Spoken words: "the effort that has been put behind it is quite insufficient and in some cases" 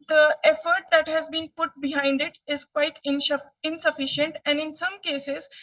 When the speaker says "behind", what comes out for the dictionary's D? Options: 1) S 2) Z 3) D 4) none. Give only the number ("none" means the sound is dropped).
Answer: 3